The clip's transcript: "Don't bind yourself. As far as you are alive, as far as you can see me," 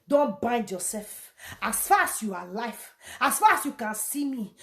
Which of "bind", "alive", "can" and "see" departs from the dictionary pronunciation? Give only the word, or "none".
alive